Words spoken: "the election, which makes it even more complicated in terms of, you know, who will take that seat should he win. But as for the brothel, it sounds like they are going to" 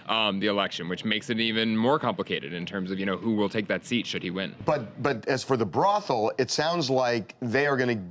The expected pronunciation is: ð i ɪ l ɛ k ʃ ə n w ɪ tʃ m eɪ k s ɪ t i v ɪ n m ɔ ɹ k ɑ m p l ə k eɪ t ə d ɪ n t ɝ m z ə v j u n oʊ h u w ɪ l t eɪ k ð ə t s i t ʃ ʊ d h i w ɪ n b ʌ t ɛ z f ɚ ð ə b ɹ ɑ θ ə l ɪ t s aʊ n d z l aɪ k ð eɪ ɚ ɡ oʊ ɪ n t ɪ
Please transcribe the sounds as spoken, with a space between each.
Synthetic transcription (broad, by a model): ð i ɪ l ɛ k ʃ ə n w ɪ tʃ m eɪ k s ɪ t i v ɪ n m ɔ ɹ k ɑ m p l ə k eɪ t ə d ɪ n t ɝ m z ə v j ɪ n oʊ h u w ɪ l t eɪ k ð ə t s i t ʃ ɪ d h i w ɪ n b ʌ t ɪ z f ɚ ð ə b ɹ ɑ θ l ɪ t s aʊ n d z l aɪ k ð eɪ ɚ ɡ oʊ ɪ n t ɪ